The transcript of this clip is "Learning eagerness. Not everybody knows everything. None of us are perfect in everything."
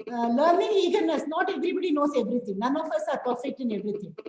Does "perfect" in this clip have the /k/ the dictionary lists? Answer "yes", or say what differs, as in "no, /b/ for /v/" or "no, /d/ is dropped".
no, /k/ is dropped